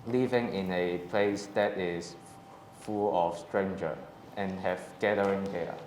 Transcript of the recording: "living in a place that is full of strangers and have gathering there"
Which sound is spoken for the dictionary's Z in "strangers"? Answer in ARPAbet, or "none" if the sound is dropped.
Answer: none